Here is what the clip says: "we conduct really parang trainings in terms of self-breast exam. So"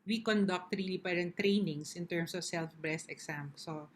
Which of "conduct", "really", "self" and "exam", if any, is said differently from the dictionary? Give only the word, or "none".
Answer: exam